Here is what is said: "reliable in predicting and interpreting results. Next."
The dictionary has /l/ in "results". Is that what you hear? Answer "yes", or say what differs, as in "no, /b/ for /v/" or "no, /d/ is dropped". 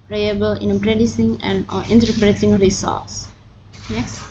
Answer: no, /l/ is dropped